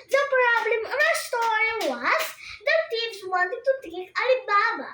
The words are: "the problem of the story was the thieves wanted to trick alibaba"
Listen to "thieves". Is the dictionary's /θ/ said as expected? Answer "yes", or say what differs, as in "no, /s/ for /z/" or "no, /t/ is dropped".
no, /t/ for /θ/